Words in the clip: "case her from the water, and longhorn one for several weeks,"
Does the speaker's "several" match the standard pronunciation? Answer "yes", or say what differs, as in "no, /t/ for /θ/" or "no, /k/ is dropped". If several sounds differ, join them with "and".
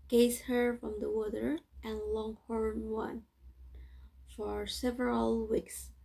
yes